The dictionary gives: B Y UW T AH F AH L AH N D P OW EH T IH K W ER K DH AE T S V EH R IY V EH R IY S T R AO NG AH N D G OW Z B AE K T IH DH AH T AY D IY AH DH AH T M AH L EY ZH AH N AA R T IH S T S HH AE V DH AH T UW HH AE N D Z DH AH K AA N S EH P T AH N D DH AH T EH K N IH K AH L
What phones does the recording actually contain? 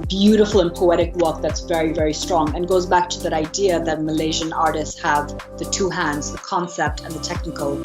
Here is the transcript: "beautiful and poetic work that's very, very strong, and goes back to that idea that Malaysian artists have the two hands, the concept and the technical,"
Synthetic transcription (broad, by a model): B Y UW T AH F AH L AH N P OW EH T IH K W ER K DH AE T S V EH R IY V EH R IY S T R AO NG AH N G OW Z B AE K T IH DH AH T AY D IY AH DH AH T M AH L EY ZH AH N AA R T IH S T S HH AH V DH AH T UW HH AE N D Z DH AH K AA N S EH P T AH N DH AH T EH K N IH K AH L